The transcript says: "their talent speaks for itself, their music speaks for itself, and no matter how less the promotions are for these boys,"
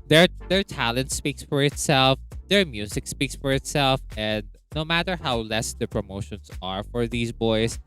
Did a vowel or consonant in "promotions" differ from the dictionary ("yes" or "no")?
yes